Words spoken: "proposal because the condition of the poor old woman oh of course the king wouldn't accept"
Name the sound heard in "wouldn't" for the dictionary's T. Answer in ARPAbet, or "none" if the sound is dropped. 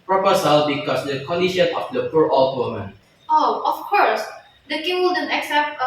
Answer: none